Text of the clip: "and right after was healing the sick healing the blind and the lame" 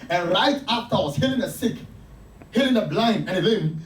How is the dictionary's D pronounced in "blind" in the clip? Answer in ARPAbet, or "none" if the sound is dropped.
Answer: none